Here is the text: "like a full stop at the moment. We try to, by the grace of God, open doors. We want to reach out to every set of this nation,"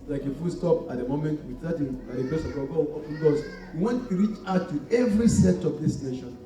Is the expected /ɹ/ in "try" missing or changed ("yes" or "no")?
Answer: yes